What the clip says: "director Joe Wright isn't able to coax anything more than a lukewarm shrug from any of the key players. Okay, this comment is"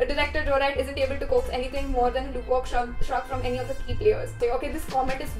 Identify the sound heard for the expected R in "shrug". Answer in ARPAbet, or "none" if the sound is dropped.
none